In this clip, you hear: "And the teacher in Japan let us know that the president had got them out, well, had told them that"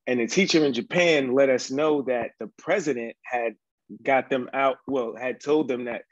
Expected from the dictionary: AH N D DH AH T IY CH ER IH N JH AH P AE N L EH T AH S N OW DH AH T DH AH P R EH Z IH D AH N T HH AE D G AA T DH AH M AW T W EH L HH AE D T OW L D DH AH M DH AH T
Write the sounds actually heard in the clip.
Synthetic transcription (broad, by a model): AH N DH AH T IY CH ER IH N JH AH P AE N L EH T AH S N OW DH AH T DH AH P R EH Z IH D AH N T HH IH D G AA T DH AH M AW T W EH L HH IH D T OW L D DH AH M DH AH T